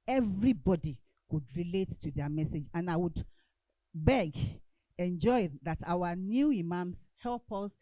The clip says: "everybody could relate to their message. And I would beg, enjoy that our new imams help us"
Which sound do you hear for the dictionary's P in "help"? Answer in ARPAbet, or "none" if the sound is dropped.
P